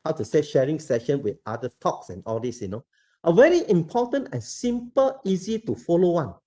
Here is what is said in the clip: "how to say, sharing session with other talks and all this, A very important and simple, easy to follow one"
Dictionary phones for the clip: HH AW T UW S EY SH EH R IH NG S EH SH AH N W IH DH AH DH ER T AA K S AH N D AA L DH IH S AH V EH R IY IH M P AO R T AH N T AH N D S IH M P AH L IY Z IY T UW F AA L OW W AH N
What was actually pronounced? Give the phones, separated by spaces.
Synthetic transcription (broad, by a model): HH AW T UW S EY SH EH R IH NG S EH SH AH N W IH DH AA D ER T AA K S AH N AA L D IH S AH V EH R IY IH M P AO T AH N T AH N S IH M P AH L IY Z IY T UW F AA L OW W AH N